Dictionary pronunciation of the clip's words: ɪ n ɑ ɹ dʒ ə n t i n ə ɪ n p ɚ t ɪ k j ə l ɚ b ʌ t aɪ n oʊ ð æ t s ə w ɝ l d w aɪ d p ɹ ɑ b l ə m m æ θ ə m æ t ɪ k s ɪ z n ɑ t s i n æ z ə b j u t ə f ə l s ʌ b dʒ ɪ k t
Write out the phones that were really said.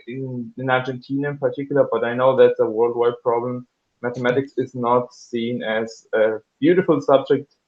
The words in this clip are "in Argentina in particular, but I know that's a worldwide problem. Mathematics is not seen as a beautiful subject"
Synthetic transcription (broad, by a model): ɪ n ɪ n dʒ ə n t i n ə ɪ n p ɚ t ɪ k j l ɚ b ʌ t aɪ n oʊ ð æ t s ə w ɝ l d w aɪ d p ɹ ɑ b l ə m m æ θ ə m æ t ɪ k s ɪ z n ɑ t s i n æ z ə b j u t ə f ə l s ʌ b dʒ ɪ k t